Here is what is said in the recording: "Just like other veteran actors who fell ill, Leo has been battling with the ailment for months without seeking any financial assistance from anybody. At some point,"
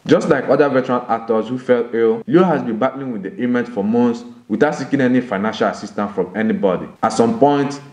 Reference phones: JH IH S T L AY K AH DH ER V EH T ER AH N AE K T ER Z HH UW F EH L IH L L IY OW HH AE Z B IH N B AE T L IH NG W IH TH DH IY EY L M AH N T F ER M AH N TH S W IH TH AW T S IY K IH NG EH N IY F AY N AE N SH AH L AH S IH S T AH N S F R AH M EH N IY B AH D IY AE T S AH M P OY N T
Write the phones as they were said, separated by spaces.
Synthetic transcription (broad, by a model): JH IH S T L AY K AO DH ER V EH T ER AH L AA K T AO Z HH UW F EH L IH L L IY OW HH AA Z B IH N B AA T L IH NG W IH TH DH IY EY M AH N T F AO M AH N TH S W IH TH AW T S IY K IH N EH N IY F AY N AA N SH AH L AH S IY S T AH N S F R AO M EH N IY B AH D IY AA T S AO M P OY N T